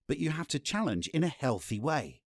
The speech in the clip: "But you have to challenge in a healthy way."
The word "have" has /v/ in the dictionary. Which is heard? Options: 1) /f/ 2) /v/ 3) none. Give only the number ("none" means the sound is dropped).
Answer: 1